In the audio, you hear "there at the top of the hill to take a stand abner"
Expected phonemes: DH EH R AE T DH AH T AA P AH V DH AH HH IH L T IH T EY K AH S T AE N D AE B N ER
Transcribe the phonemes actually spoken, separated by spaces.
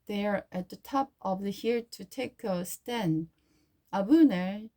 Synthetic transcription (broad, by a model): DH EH R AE T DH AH T AA P AH V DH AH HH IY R T IH T EY K AH S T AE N AA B N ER